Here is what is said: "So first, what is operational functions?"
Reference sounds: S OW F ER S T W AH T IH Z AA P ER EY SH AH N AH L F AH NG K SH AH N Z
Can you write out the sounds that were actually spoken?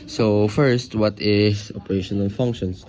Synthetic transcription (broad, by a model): S OW F ER S T W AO T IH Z AA P ER EY SH AH N AH L F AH NG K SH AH N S